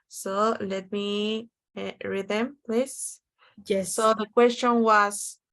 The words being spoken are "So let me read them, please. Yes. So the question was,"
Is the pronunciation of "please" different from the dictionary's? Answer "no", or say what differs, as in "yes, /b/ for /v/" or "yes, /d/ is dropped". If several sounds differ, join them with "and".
yes, /s/ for /z/